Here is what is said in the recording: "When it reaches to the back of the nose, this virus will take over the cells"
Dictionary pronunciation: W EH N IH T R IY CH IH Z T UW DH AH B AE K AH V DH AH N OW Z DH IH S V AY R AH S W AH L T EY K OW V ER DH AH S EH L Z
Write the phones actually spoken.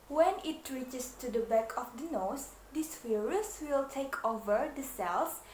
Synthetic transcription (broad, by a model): W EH N IH T R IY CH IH S T UW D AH B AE K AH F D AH N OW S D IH S F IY R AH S W AH L T EY K OW V ER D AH S EH L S